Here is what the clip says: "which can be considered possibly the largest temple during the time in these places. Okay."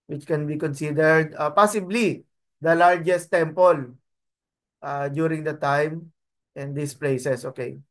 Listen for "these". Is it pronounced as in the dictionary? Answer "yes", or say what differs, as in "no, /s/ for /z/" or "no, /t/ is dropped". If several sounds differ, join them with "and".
no, /s/ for /z/